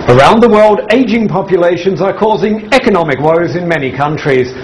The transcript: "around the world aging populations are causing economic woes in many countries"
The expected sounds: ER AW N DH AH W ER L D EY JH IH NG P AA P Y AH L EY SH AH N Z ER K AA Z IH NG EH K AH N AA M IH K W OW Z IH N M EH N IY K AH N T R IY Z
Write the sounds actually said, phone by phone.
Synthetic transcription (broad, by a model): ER AW N DH AH W ER L D EY JH IH NG P AA P Y AH L EY SH AH N Z ER K AA Z IH NG EH K AH N AA M IH K W OW Z IH N M EH N IY K AH N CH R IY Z